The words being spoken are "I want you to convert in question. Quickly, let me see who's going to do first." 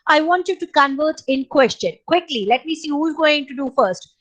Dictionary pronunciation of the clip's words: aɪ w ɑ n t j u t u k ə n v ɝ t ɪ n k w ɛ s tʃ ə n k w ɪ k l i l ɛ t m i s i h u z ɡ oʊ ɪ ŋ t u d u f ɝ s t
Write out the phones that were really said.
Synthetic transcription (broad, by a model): aɪ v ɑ n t j u t u k ə n v ɝ t ɪ n k w ɛ s tʃ ə n k w ɪ k l i l ɛ t m i s i h u z ɡ oʊ ɪ ŋ t u d u f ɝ s t